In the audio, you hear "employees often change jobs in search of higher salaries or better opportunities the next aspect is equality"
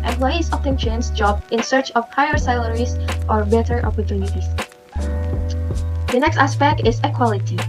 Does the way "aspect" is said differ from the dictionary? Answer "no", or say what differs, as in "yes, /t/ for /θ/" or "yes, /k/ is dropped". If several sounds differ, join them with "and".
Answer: no